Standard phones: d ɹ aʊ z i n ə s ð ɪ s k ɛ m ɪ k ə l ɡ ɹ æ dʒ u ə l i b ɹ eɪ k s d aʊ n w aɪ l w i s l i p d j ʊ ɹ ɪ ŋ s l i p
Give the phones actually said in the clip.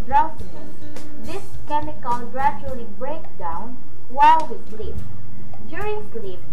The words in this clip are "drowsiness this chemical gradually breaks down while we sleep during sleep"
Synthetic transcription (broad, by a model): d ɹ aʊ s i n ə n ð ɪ s k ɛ m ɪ k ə n ɡ ɹ æ dʒ u ə l i b ɹ eɪ k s d aʊ n w aɪ l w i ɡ l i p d j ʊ ɹ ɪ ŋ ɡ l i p